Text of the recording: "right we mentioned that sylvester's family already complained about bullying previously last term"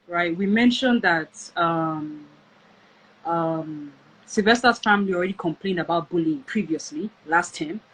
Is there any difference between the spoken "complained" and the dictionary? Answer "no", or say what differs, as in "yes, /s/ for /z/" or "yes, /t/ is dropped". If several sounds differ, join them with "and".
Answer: no